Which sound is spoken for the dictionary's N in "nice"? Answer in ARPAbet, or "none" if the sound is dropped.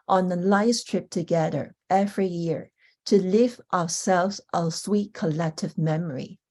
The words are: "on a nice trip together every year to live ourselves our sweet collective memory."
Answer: L